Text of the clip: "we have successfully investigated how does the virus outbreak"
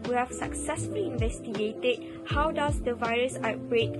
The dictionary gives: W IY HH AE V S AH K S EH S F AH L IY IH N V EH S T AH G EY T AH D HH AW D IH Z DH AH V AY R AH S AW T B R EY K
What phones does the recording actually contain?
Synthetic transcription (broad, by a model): W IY HH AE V S AH K S EH S F AH L IY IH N V EH S T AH G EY T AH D HH AW D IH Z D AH V AY R AH S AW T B R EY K